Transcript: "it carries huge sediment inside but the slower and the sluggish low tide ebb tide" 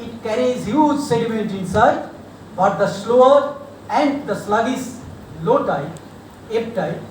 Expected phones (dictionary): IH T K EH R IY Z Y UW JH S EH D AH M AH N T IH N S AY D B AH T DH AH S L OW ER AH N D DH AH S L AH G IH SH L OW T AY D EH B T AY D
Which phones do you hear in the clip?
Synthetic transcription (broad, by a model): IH T K EH R IY Z Y UW JH S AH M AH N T IH N S AY D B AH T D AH S L OW ER AH N D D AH S L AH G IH S L OW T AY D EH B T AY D